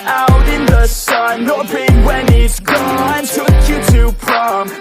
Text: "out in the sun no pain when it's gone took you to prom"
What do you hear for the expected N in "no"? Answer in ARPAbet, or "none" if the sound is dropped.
L